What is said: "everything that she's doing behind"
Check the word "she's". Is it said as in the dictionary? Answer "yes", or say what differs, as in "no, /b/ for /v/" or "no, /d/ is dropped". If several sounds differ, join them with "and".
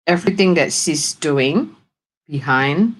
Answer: no, /s/ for /ʃ/ and /s/ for /z/